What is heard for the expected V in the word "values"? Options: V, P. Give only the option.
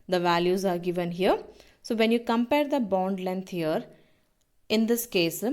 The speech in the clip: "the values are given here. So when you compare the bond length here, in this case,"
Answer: V